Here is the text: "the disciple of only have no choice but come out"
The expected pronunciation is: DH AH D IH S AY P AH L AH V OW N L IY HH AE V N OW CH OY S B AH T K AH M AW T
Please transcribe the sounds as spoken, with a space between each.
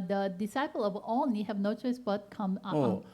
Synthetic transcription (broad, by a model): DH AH D IH S AY P AH L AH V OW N IY HH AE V N OW CH OY S B AH T K AH M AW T